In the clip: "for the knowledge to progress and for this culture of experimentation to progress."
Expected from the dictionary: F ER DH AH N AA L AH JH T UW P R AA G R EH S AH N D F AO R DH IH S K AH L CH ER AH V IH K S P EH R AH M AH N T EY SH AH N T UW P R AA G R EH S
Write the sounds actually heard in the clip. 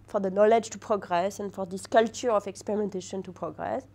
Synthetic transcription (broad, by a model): F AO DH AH N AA L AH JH T UW P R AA G R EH S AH N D F AO R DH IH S K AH L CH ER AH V IH K S P EH R AH M AH N T EY SH AH N T UW P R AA G R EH S